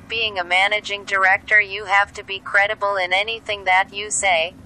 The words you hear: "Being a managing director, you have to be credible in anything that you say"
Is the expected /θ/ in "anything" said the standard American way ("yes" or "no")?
yes